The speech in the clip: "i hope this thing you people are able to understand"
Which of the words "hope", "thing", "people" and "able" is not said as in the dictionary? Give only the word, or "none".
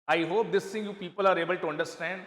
thing